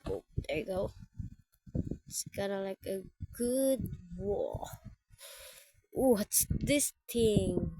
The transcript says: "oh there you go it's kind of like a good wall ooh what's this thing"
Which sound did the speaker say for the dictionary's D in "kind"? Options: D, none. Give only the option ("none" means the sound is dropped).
none